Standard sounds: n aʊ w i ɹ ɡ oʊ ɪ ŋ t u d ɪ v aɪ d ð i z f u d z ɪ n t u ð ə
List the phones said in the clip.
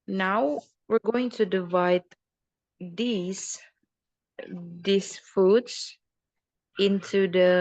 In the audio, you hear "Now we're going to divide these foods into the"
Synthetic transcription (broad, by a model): n aʊ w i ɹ ɡ oʊ ɪ ŋ t u d ɪ v aɪ d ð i s f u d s ɪ n t u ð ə